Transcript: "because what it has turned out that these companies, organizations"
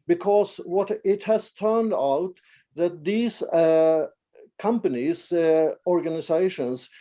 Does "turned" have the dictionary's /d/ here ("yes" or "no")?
yes